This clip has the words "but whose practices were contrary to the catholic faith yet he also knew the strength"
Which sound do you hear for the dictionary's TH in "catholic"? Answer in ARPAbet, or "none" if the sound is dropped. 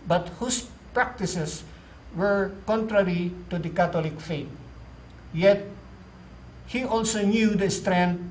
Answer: T